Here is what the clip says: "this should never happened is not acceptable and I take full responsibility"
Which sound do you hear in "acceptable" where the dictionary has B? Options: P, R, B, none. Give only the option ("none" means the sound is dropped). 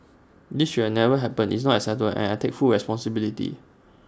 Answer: none